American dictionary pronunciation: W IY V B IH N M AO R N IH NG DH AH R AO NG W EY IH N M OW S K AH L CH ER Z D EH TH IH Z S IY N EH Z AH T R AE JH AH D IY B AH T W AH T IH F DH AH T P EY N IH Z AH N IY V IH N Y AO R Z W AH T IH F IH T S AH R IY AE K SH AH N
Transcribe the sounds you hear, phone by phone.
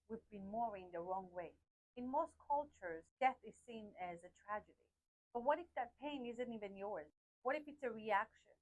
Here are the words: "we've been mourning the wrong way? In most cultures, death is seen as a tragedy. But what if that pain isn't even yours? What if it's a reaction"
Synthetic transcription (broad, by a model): W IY V B IH N M AO R IH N DH AH R AO NG W EY IH N M OW S K AH L CH ER Z D EH TH IH Z S IY N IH Z AH T R AE JH AH D IY B AH T W AH T IH F DH AH T P EY N IH Z AH N IY V IH N Y AO R Z W AH T IH F IH T S AH R IY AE K SH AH N